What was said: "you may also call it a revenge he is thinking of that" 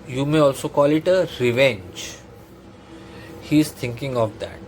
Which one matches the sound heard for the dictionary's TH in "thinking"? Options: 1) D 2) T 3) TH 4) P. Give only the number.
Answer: 2